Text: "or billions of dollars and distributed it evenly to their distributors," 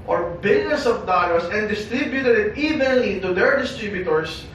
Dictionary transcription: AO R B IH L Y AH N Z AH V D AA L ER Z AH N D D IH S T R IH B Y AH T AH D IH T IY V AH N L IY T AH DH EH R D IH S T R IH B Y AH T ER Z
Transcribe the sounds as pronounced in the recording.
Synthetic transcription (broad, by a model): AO R B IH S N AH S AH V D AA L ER S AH N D D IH S T R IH B Y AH T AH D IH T IY V AH N L IY T AH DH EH R D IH S T R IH B Y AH T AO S